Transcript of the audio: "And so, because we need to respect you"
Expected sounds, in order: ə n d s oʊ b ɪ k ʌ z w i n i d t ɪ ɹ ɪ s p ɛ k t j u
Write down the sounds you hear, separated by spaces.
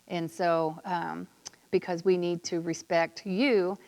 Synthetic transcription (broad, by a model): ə n s oʊ b ɪ k ʌ z w i n i d t ɪ ɹ ɪ s p ɛ k t j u